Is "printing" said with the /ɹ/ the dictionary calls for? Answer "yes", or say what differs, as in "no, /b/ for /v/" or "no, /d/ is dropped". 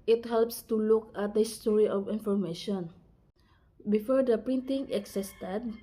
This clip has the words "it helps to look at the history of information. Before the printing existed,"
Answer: yes